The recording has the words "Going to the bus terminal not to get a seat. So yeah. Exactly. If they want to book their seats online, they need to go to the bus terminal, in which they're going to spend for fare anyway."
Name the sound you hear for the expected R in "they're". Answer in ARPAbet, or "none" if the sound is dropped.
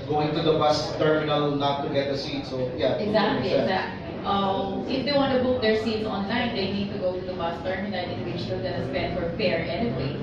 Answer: L